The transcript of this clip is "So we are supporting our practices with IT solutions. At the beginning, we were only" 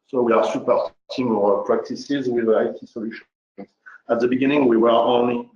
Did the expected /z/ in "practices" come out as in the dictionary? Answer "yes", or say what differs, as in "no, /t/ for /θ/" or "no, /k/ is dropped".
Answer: yes